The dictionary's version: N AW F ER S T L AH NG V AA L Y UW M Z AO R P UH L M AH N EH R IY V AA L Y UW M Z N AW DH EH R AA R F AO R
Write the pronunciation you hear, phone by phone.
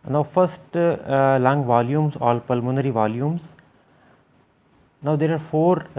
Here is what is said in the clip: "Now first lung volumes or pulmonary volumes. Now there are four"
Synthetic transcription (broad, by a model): N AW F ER S T L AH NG V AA L Y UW M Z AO L P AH L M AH N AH R IY V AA L Y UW M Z N AW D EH R AA R F AO R